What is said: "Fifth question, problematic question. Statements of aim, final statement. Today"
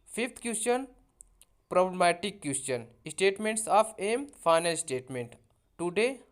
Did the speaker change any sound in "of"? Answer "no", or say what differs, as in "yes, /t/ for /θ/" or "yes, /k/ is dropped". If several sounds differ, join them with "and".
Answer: yes, /p/ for /v/